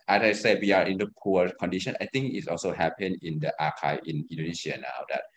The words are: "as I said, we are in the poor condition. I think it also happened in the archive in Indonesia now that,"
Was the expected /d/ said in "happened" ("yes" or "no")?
no